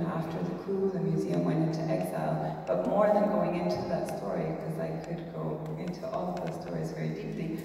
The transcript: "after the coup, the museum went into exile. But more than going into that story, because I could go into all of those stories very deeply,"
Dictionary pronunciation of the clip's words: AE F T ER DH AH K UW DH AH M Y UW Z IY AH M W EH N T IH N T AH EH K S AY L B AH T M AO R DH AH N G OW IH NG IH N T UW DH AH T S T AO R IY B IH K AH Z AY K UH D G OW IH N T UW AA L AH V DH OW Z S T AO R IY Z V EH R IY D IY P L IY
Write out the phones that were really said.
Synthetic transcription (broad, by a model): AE F T ER DH AH K UW DH AH M Y UW Z IY AH M W EH N T IH N T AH EH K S AY L B AH T M AO R DH AH N G OW IH NG IH N T UW DH AH T S T AO R IY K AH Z AY K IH D G OW IH N T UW AA L AH V DH OW Z S T AO R IY Z V EH R IY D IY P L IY